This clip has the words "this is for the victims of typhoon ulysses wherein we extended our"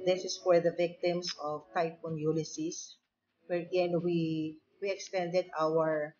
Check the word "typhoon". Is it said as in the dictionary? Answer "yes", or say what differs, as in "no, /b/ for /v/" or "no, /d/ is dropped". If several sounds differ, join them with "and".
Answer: no, /p/ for /f/